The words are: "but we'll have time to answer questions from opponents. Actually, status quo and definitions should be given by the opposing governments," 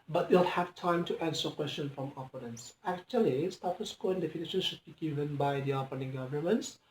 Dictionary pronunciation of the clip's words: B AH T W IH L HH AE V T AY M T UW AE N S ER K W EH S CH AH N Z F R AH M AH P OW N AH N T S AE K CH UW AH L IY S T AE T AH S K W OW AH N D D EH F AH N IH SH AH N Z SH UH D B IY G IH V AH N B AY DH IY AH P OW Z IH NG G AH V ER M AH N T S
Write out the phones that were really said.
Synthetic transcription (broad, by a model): B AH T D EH L HH AE V T AY M T UW AE N S ER K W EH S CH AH N F R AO M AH P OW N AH N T S AE K CH UW AH L IY S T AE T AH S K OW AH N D D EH F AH N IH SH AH N SH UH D B IY G IH V AH N B AY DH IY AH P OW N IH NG G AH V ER M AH N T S